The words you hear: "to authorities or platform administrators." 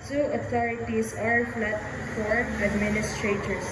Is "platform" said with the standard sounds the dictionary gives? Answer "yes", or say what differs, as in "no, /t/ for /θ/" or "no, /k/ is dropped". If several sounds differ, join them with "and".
no, /f/ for /p/ and /m/ is dropped